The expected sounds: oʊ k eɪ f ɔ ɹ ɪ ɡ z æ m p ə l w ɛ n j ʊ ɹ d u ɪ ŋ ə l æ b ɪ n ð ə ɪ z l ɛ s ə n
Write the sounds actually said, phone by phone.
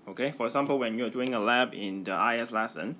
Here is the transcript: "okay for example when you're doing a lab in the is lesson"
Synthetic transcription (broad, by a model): oʊ k eɪ f ɔ ɹ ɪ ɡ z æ m p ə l w ɛ n j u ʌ d u ɪ ŋ ə l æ b ɪ n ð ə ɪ s l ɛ s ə n